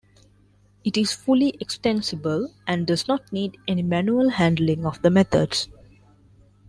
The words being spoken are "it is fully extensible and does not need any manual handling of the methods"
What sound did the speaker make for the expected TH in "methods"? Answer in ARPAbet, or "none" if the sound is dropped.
T